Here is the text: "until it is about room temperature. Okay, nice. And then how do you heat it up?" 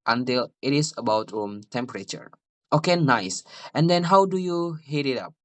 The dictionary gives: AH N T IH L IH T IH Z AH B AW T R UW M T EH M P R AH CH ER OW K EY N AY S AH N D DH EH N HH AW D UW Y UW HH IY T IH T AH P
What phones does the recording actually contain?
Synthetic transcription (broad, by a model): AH N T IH L IH T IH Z AH B AW T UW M T EH M P R AH CH ER OW K EY N AY S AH N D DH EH N HH AW D UW Y UW HH IY T IH T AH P